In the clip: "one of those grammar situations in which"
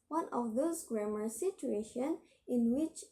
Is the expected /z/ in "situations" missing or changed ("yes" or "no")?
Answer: yes